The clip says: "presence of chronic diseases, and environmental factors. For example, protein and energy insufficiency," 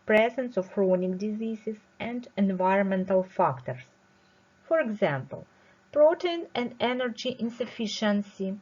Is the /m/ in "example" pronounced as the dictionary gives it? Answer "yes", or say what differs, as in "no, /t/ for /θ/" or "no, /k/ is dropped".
yes